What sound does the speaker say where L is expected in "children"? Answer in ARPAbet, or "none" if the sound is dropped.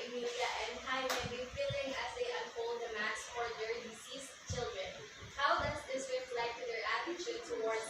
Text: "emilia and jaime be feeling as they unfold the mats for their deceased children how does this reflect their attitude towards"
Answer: L